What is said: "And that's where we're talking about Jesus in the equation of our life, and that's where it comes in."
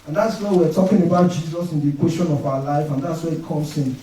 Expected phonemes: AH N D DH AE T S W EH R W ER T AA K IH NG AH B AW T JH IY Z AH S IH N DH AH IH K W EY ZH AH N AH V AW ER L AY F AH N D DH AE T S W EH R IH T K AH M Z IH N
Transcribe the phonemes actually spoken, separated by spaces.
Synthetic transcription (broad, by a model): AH N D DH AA T S W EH W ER T AA K IH NG AH B AW T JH IY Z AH S IH N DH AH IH K W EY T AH N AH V AW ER L AY F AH N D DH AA T S W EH IH T K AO M S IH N